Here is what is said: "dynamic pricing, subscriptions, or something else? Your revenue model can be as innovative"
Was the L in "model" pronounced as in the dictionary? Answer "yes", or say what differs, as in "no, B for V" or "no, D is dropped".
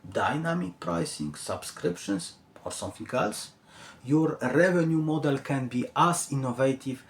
yes